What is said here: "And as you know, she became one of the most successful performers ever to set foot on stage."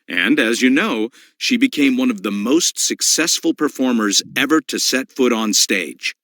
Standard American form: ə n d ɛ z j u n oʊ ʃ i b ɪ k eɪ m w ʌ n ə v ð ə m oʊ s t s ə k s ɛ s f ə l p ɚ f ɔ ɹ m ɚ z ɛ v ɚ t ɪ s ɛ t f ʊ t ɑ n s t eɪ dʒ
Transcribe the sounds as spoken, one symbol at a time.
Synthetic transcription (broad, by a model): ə n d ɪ z j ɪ n oʊ ʃ i b ɪ k eɪ m w ʌ n ə v ð ə m oʊ s t s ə k s ɛ s f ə l p ɚ f ɔ ɹ m ɚ z ɛ v ɚ t ɪ s ɛ t f ʊ t n s t eɪ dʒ